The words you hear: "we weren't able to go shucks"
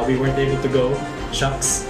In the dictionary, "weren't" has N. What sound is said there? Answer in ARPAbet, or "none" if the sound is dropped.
N